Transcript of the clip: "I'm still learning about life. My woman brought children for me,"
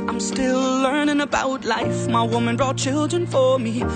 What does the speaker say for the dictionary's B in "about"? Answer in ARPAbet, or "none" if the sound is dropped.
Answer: B